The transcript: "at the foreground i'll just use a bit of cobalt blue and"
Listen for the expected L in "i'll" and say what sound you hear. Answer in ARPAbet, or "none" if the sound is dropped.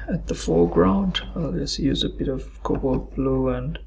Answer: L